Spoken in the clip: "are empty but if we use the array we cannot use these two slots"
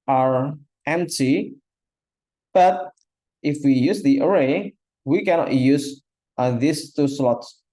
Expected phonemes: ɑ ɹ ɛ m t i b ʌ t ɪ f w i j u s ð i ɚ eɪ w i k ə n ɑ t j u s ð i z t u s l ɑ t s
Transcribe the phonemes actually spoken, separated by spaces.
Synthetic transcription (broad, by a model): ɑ ɹ ɛ m t i b ʌ t ɪ f w i j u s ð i ɚ eɪ w i k ə n ɑ t j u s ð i s t u s l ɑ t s